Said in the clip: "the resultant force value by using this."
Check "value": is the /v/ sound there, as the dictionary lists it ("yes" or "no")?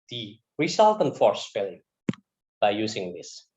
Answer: no